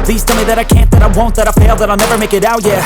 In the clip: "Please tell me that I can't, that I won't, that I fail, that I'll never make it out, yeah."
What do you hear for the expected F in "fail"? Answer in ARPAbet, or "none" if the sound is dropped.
P